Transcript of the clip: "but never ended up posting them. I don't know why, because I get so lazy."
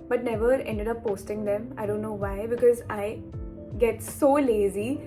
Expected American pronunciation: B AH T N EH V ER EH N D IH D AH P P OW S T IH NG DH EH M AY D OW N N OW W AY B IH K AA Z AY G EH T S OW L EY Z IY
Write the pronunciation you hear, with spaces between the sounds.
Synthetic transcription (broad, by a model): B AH T N EH V ER EH N D IH D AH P P OW S T IH NG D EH M AY D OW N N OW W AY B IH K AA Z AY G EH T S OW L EY Z IY